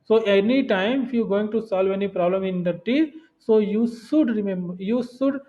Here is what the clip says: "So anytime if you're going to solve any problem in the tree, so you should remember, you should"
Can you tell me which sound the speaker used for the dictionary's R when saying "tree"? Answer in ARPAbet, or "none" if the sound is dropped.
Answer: none